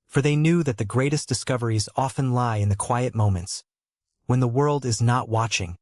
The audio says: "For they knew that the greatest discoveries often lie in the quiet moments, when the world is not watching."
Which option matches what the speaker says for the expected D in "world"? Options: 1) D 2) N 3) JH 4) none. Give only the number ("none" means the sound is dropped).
1